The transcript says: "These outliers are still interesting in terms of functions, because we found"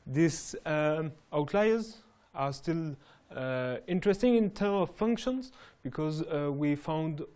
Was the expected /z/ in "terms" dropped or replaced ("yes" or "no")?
yes